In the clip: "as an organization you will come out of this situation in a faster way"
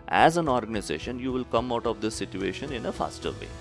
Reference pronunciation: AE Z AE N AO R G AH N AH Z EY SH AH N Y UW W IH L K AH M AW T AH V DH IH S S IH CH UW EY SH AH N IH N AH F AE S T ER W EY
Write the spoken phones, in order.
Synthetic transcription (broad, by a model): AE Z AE N AO R G AH N AH Z EY SH AH N Y UW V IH L K AH M AW T AH V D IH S S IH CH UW EY SH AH N IH N AH F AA S T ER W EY